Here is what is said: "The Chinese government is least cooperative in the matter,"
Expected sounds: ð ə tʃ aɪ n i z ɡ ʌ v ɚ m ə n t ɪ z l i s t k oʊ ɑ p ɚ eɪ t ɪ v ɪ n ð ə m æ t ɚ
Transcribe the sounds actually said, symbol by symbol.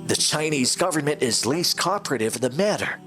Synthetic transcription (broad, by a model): ð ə tʃ aɪ n i z ɡ ʌ v ɚ m ə n t ɪ z l i s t k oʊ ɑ p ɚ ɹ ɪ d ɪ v ð ə m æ t ɚ